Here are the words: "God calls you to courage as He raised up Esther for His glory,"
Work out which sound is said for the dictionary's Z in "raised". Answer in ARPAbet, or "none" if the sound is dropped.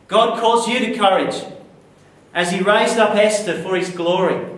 Z